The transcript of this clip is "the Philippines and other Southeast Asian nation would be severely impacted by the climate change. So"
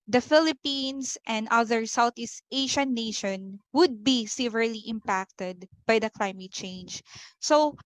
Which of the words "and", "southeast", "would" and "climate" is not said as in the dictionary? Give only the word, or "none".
southeast